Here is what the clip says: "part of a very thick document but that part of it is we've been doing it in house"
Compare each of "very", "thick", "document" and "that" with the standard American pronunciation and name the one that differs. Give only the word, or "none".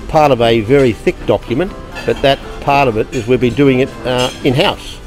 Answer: none